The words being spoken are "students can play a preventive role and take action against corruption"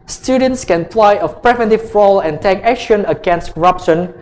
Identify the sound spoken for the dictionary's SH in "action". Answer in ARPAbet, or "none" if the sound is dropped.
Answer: SH